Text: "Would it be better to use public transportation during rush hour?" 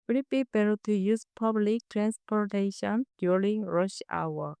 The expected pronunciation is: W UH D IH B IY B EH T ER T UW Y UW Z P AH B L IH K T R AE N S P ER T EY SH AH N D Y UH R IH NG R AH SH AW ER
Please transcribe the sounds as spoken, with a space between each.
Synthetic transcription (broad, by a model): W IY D IH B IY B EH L T UW Y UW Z P AH B L IH K T R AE N S P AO T EY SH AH N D Y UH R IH NG R AH SH AW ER